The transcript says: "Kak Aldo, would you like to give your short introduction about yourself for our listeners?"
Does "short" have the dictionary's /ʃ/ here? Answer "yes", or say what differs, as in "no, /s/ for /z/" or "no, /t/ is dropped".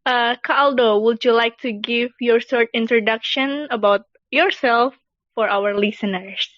no, /s/ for /ʃ/